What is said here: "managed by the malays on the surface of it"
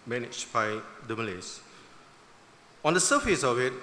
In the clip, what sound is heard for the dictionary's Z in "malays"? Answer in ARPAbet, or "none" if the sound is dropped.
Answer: S